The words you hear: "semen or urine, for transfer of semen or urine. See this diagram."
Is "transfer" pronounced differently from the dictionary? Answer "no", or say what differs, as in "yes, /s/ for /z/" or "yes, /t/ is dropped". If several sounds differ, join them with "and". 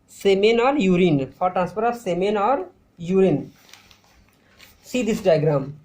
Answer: yes, /p/ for /f/